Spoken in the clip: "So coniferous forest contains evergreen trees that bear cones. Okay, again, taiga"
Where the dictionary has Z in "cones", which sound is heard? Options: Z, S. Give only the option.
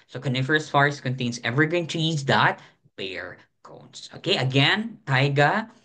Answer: S